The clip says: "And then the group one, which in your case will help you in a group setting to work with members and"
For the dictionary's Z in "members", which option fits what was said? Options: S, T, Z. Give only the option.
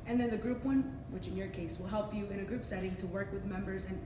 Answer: Z